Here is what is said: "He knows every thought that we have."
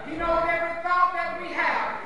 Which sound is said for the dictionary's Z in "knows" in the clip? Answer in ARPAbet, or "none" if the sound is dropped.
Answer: none